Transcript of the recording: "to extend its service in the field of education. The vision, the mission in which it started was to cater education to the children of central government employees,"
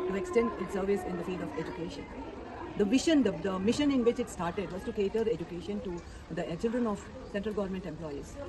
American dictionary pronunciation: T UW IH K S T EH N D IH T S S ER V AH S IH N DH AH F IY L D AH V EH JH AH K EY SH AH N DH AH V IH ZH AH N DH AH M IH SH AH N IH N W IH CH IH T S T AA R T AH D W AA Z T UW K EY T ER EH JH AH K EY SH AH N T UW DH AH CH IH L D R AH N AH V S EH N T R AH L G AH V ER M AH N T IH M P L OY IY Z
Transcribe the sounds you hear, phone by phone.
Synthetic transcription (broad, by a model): T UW IH K S T EH N D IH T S S ER V AH S IH N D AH F IY L D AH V EH JH AH K EY SH AH N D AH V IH SH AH N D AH M IH SH AH N IH N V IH CH IH T S T AA R T AH D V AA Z T UW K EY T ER EH JH AH K EY SH AH N T UW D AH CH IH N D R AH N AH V S EH N T R AH L G AH V ER M AH N T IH M P L OY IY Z